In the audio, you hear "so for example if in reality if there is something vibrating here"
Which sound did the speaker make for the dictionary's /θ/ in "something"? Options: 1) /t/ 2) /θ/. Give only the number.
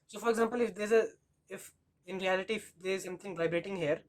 1